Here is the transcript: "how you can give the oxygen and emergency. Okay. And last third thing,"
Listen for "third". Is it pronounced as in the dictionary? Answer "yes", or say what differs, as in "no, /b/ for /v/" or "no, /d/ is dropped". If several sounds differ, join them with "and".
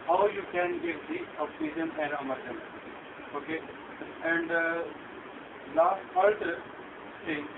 no, /f/ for /θ/